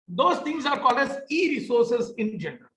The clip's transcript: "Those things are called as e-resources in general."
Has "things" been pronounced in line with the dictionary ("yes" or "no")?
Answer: no